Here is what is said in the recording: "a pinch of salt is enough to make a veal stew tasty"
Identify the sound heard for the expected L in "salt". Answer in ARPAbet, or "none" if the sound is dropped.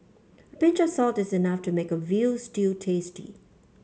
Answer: L